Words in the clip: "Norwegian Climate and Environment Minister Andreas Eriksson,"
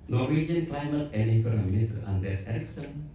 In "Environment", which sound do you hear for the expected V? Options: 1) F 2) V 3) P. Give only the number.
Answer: 1